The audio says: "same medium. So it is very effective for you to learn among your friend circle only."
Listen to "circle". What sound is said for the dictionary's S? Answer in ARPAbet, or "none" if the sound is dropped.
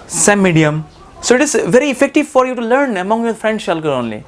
SH